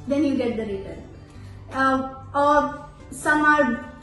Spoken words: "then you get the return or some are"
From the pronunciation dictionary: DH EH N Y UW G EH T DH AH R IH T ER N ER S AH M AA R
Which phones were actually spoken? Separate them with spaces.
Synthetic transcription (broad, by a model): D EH N Y UW G EH T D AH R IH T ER ER S AH M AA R